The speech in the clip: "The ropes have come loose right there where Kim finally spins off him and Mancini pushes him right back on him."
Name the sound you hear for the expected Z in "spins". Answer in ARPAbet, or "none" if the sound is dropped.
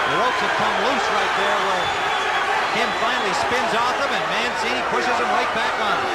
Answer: Z